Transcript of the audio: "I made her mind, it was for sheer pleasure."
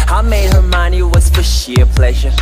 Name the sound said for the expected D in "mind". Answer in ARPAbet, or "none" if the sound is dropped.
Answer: none